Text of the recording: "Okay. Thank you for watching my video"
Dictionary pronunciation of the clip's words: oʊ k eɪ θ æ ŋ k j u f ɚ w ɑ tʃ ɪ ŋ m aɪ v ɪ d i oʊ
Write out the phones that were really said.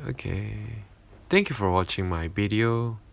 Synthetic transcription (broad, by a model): oʊ k eɪ t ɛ ŋ k j u f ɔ w ɑ tʃ ɪ ŋ m aɪ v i d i oʊ